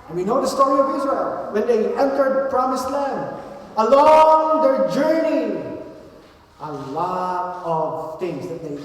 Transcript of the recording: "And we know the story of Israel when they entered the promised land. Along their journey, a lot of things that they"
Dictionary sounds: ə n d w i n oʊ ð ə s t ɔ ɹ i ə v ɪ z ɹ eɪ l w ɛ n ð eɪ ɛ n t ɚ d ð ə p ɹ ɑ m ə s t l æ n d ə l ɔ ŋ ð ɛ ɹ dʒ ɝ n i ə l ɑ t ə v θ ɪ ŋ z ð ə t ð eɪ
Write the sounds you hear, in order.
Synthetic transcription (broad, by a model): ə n w i n oʊ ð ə s t ɔ ɹ i ə v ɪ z ɹ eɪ l w ɛ n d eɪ ɛ n t ɚ d p ɹ ɑ m ə s t l æ n d ə l ɔ ŋ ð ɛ ɹ dʒ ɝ n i ə l ɑ t ə v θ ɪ ŋ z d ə t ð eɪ